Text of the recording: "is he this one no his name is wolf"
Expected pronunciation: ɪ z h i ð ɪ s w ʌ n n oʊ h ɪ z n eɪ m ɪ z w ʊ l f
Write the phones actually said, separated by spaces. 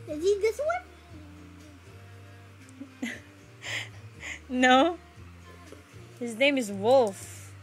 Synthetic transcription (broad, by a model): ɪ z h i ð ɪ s w ʌ n n oʊ h ɪ z n eɪ m ɪ z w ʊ l f